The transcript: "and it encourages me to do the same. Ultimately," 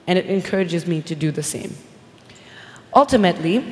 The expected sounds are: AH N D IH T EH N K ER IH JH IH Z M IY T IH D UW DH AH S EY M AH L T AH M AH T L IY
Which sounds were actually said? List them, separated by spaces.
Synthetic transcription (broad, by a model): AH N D IH T EH N K ER IH JH IH Z M IY T IH D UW DH AH S EY M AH L T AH M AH T L IY